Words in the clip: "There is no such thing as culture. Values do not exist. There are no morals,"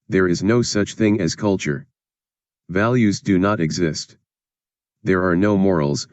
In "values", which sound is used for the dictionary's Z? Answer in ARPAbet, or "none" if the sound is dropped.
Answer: Z